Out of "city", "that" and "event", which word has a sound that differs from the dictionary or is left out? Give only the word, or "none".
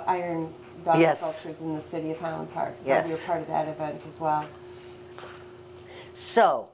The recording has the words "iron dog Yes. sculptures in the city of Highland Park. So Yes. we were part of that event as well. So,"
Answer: none